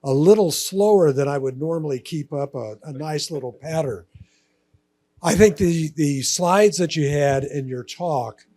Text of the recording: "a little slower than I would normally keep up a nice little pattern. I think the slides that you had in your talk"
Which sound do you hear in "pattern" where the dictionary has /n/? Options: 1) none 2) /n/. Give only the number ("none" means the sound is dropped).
1